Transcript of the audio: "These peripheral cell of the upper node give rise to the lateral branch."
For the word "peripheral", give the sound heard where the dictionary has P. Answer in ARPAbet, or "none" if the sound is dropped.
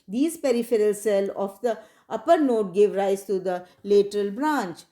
P